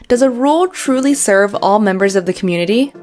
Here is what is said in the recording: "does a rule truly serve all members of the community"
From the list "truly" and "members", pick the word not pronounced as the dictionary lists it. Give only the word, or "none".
none